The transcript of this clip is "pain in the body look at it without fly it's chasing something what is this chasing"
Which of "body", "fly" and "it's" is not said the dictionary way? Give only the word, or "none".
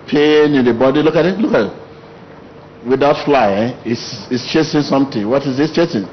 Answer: it's